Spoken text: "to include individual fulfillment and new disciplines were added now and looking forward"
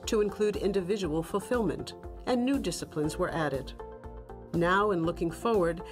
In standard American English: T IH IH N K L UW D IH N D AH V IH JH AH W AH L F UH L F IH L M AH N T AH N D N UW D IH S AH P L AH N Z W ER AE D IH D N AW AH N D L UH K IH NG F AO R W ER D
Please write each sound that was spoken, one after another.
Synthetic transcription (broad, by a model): T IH IH N K L UW D IH N D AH V IH JH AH W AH L F L F IH L M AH N T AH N N UW D IH S AH P L AH N Z W ER AE D IH D N AW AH N L UH K IH NG F AO R W ER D